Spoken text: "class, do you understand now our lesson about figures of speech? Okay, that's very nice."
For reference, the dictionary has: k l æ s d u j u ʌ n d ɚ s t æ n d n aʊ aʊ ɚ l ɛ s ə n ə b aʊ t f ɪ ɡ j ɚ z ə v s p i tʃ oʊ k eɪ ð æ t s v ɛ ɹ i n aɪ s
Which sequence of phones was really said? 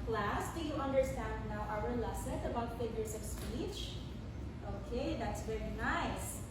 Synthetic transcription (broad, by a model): l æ s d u j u ʌ n d ɚ s t æ n d n aʊ aʊ ɚ l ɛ s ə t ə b aʊ t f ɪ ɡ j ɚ s ə v s p i tʃ oʊ k eɪ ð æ t s v ɛ ɹ i n aɪ s